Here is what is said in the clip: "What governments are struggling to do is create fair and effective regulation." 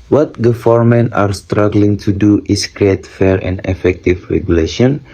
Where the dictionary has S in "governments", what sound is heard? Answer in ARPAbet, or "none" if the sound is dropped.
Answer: none